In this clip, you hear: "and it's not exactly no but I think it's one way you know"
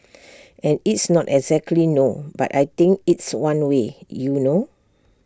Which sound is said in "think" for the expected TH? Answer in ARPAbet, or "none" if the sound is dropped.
T